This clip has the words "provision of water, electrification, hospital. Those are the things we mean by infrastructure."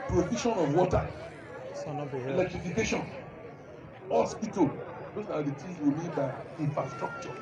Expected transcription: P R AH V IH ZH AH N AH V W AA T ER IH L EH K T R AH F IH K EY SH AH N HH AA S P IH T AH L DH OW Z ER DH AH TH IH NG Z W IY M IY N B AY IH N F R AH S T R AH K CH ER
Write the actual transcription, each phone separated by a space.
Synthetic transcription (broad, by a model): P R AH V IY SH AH N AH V W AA T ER IH L EH K T R AH F IH K EY SH AH N HH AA S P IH T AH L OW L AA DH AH T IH Z W IY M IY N B AY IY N F R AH S T R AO K CH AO